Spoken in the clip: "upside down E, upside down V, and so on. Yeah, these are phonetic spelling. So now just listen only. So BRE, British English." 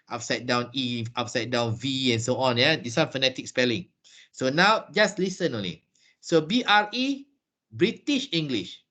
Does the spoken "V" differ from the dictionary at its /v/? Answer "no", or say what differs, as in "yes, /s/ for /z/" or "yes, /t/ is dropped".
no